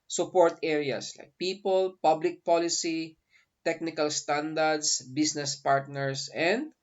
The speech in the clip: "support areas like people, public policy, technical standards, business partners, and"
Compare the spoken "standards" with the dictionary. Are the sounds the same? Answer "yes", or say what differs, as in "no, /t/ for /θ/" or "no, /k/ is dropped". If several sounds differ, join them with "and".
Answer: no, /s/ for /z/